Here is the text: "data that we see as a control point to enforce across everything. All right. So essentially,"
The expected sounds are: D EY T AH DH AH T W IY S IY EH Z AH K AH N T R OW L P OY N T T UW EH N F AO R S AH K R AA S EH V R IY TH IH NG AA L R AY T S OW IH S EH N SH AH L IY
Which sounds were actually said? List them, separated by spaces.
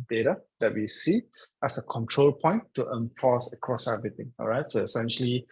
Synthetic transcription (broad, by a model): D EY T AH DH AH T W IY S IY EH S AH K AH N T R OW L P OY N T T UW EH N F AO S AH K R AA S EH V R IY T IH NG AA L R AY T S OW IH S EH N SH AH L IY